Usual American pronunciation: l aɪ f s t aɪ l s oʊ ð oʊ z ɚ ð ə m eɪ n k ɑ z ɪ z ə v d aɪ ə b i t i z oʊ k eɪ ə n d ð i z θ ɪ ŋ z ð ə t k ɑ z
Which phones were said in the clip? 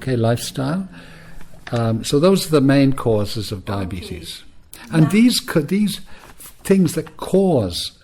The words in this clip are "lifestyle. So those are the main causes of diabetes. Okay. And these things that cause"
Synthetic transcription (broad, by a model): l aɪ f s t aɪ l s oʊ ð oʊ z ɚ ð ə m eɪ n k ɑ z ɪ z ə v d aɪ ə b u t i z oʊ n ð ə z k ð i z θ ɪ ŋ z ð ə t k ɑ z